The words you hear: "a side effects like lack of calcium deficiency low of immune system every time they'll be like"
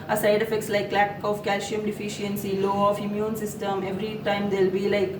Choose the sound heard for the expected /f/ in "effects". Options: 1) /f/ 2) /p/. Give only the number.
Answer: 1